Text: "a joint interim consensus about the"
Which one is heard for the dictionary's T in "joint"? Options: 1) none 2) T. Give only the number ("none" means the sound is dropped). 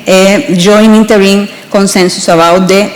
1